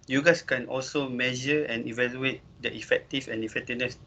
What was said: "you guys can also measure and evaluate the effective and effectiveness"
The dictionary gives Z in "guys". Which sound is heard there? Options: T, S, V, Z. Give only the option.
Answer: S